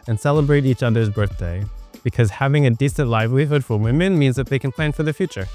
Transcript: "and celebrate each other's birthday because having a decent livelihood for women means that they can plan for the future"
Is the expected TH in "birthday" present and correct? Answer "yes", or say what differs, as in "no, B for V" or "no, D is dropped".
yes